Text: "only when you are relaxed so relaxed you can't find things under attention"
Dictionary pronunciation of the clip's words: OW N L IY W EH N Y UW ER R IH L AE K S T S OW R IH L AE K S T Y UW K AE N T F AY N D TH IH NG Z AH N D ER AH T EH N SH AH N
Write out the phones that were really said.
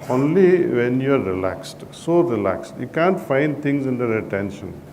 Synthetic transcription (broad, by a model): OW N L IY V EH N Y UW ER R IH L AE K S T S OW R IH L AE K S T Y UW K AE N T F AY N D T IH NG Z AH N D ER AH T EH N SH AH N